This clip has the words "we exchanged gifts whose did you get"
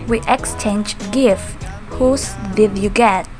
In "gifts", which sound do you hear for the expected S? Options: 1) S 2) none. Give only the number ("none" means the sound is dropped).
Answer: 2